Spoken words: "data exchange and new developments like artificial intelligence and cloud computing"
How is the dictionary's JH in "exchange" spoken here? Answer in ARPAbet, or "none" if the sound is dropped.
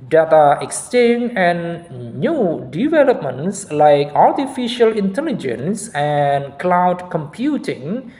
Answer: none